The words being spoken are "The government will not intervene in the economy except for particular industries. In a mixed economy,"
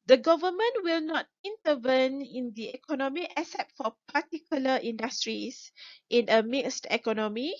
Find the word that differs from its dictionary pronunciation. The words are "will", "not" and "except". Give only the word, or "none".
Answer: except